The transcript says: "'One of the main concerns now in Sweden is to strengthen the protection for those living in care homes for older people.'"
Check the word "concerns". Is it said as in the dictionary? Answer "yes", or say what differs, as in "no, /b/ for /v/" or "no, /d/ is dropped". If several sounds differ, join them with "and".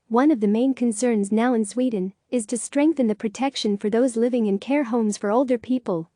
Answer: yes